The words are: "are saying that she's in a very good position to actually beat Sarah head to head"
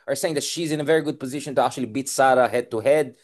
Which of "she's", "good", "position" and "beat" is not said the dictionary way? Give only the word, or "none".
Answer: none